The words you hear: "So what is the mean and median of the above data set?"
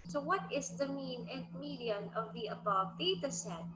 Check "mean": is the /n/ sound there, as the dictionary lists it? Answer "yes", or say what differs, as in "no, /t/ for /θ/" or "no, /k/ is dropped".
yes